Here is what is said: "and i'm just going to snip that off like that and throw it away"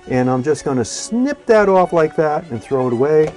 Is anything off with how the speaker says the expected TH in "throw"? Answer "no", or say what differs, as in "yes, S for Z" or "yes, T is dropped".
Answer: no